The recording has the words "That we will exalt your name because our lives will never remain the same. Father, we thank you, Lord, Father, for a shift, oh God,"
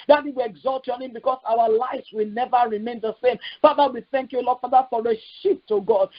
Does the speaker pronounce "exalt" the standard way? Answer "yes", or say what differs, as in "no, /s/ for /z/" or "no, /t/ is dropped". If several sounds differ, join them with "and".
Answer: yes